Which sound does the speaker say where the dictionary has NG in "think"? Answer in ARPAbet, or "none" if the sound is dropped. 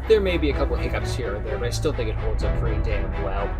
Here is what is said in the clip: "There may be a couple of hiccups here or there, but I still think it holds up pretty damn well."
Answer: NG